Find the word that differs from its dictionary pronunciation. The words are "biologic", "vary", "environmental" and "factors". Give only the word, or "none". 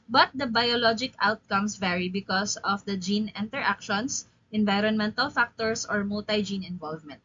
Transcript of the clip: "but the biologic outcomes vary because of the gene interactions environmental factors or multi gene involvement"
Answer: factors